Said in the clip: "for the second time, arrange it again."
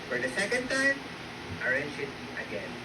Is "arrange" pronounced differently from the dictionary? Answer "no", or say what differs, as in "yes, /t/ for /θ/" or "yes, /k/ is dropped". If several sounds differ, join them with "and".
yes, /ʃ/ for /dʒ/